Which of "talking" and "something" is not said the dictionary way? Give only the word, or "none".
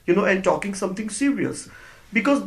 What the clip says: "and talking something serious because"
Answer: something